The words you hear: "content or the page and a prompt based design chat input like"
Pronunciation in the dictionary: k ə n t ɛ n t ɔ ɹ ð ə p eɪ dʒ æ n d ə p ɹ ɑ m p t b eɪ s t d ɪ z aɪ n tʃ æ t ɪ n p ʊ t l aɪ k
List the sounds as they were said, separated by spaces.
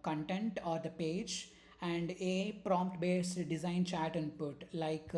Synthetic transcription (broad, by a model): k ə n t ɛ n t ɔ ɹ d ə p eɪ dʒ æ n d ə p ɹ ɑ m p t b eɪ s t d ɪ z aɪ n tʃ æ t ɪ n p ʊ t l aɪ k